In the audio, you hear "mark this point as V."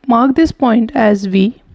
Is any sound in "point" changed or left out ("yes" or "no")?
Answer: no